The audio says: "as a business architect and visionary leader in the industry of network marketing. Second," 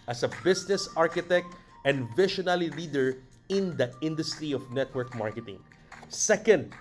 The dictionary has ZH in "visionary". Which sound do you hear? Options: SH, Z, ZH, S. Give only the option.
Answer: SH